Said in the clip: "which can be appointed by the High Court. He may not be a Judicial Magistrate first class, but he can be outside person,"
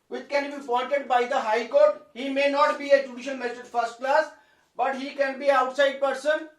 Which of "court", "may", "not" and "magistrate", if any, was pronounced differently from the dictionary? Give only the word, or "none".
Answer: magistrate